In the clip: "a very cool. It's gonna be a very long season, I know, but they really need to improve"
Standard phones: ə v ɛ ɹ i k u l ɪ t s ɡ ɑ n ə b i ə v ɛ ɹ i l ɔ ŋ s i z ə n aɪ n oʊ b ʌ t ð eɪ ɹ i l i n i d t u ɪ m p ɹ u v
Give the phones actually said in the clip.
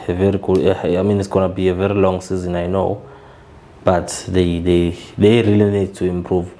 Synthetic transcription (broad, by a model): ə v ɛ ɹ i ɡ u n ɪ t s ɡ ɑ n ə b i ə v ɛ ɹ i l ɔ ŋ s i z ə n aɪ n oʊ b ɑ t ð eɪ ɹ i l i n i d t u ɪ m p ɹ u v